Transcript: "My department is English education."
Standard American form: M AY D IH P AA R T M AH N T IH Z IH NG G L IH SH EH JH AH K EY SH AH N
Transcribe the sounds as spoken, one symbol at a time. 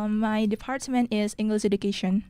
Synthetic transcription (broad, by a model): M AY D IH P AA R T M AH N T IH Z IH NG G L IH S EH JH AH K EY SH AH N